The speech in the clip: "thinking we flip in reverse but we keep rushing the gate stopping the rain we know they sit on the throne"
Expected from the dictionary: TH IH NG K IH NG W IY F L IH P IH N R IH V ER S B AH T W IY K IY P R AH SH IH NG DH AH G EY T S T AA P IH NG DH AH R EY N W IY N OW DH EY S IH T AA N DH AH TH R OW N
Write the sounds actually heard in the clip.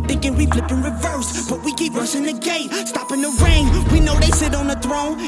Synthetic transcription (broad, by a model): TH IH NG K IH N W IY F L IH P IH N R IH V ER S B AH T W IY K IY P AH S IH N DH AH G EY T S T AA P IH NG DH AH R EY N W IY N OW DH EY S IH T N DH AH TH R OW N